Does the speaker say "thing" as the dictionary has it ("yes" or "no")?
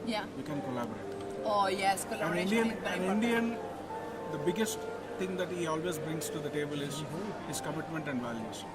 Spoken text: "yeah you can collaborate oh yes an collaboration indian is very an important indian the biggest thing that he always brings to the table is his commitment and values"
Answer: no